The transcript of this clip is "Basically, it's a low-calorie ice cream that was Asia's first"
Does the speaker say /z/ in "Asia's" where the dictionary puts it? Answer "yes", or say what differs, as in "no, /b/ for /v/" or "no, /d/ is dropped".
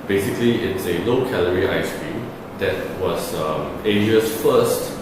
no, /s/ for /z/